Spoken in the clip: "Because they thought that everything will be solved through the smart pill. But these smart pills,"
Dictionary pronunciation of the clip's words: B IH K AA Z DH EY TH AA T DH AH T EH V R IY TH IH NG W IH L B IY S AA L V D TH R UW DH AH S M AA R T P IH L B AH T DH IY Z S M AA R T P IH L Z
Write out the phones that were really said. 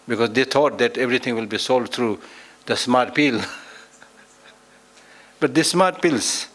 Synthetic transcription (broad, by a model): B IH K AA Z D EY T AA T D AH T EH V R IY T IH NG W IH L B IY S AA L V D T R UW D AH S M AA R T P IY L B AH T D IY S M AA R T P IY L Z